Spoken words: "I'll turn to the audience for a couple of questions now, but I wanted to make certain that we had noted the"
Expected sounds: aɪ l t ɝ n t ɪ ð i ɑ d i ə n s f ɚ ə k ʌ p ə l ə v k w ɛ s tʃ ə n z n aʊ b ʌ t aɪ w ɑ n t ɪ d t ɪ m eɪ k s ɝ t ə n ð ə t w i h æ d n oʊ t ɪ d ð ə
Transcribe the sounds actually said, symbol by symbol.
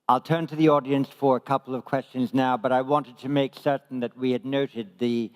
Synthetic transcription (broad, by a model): aɪ l t ɝ n t ɪ ð i ɑ d i ə n s f ɚ ə k ʌ p l ə v k w ɛ s tʃ ə n z n aʊ b ʌ t aɪ w ɑ n t ɪ d t ɪ m eɪ k s ɝ t n ð ə t w i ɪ d n oʊ t ɪ d ð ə